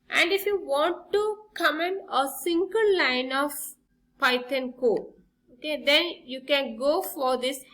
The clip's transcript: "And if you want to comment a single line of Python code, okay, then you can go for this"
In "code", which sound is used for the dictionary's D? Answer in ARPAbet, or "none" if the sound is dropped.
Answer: none